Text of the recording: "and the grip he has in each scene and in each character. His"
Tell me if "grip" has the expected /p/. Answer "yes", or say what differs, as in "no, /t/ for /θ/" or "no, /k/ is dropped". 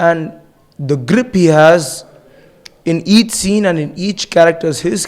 yes